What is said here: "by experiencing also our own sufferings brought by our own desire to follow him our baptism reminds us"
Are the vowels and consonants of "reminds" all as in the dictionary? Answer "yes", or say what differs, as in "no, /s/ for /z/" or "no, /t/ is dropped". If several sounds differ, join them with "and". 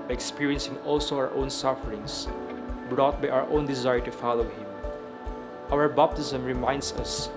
no, /s/ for /z/